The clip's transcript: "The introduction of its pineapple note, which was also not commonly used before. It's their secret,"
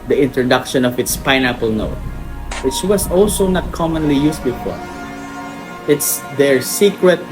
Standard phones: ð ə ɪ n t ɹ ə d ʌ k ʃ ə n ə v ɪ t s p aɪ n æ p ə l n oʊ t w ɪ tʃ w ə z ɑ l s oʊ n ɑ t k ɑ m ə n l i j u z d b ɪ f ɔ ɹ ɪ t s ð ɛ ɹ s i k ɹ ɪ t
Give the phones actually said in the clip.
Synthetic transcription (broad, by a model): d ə ɪ n t ɹ ə d ʌ k ʃ ə n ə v ɪ t s p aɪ n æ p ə l n oʊ t w ɪ tʃ w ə s ɑ l s oʊ n ɑ t k ɑ m ə n l i j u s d b ɪ f ɔ ɹ ɪ t s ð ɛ ɹ s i k ɹ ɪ t